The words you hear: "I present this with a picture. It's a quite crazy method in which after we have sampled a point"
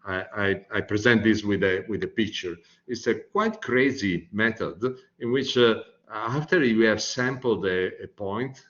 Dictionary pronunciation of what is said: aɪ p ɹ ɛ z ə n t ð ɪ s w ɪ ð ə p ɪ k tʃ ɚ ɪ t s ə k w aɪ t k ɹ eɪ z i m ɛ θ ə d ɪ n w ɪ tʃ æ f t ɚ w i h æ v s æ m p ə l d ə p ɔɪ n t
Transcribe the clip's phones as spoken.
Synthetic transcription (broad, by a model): aɪ p ɹ ɛ z ə n t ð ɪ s w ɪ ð ə p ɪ k tʃ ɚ ɪ t s ə k w aɪ t k ɹ eɪ z i m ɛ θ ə d ɪ n w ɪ tʃ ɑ f t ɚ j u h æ v s æ m p ə l d ə p ɔɪ n t